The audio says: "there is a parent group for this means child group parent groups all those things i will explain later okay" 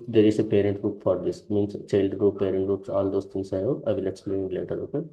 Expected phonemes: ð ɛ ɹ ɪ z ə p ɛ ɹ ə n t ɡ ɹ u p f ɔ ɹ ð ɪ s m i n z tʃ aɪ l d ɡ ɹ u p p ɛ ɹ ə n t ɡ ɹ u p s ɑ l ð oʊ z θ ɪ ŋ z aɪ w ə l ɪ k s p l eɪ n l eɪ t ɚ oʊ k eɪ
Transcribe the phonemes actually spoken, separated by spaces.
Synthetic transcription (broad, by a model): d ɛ ɹ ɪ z ə p ɛ ɹ ə n t ɡ ɹ u p f ɔ ɹ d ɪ s m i n s tʃ aɪ l d ɡ ɹ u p p ɛ ɹ ə n t ɡ ɹ u p s ɑ l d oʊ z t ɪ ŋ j aɪ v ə l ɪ k s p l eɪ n l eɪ t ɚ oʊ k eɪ